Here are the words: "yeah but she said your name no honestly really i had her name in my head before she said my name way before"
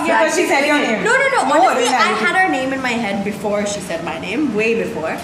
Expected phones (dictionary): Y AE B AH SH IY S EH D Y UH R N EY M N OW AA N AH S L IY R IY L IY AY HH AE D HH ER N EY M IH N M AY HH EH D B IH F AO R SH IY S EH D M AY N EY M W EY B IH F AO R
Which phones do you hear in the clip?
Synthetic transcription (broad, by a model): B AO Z SH IY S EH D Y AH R N EY M N OW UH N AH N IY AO IY AY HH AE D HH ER N EY M IH N M AY HH EH D B IH F AO R SH IY S EH D M AY N EY M W EY B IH F AO R